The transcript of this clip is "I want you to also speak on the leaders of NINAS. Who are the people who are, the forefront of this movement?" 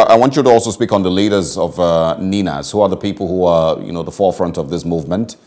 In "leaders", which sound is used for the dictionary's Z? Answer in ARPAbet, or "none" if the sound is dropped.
Z